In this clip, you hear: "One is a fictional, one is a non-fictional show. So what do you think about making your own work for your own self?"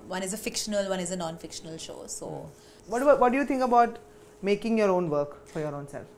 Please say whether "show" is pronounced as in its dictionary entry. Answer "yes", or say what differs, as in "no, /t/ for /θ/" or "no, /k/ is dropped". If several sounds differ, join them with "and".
yes